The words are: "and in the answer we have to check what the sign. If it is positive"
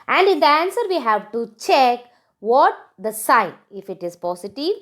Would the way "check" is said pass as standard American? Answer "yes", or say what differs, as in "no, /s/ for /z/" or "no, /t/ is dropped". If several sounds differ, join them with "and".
yes